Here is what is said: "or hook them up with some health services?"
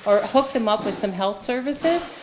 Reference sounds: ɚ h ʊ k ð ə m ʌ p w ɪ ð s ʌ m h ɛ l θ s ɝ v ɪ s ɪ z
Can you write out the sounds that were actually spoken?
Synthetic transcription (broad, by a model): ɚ h ʊ k ð ə m ʌ p w ɪ ð s ʌ m h ɛ l θ s ɝ v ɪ s ɪ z